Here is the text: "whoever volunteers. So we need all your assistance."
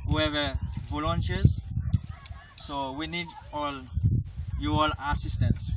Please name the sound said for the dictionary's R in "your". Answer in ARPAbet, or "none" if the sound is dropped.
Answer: L